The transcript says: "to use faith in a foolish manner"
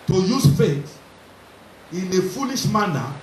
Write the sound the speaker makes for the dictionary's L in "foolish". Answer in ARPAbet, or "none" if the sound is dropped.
N